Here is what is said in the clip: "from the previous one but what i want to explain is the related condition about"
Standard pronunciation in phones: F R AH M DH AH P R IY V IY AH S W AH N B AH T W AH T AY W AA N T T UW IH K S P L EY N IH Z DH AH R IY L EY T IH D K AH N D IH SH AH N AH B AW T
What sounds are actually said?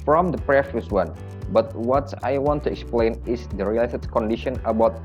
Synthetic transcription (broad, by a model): F R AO M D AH P R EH F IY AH S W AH N B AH T W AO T AY W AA N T T UW IH K S P L EY N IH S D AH R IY L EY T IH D K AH N D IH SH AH N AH B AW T